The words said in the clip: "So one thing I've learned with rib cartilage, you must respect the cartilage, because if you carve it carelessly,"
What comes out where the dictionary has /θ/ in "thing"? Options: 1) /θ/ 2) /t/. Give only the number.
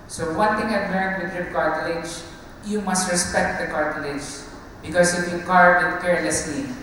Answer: 2